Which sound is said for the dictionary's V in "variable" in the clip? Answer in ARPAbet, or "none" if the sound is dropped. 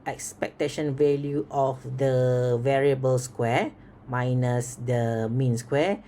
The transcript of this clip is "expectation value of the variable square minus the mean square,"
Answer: V